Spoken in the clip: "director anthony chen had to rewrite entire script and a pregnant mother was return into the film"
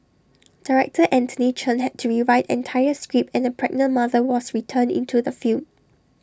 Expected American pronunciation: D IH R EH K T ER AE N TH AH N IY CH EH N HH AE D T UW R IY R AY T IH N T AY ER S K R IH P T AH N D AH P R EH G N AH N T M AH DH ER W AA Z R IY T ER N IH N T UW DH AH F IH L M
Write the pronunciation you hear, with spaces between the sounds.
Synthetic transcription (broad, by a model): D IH R EH K T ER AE N T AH N IY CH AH N HH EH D T UW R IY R AY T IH N T AY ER S K R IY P AH N AH P R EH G N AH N M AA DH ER W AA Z R IY T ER N IH N T UW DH AH F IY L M